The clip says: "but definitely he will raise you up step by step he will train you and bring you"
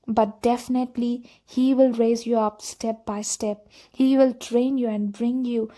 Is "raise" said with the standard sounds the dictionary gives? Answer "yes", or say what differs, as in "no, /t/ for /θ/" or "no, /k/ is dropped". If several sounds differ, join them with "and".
yes